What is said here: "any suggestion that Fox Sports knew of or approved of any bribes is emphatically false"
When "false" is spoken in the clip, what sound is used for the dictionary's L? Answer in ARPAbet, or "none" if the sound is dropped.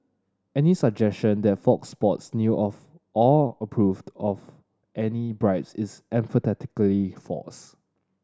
none